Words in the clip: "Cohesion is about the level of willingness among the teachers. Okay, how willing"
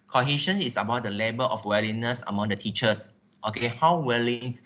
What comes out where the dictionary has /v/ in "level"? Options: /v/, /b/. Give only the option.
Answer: /b/